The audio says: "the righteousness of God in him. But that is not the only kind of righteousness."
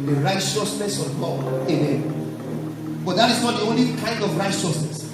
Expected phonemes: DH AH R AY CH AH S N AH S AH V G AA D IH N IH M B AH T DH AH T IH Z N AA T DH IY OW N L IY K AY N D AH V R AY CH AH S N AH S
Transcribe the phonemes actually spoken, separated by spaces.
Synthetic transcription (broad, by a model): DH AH R AY CH AH S N AH S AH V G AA IH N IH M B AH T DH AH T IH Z N AA T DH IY OW N L IY K AY N D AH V R AY CH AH S N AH S